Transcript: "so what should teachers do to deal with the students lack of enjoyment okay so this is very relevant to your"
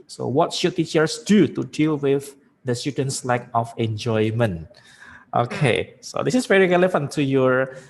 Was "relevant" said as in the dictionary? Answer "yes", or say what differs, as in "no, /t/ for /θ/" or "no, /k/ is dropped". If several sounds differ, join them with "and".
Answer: no, /f/ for /v/